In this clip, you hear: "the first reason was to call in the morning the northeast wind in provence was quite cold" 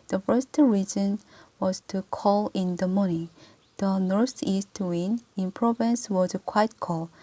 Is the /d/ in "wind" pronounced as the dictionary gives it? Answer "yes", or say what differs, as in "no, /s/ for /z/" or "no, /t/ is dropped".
no, /d/ is dropped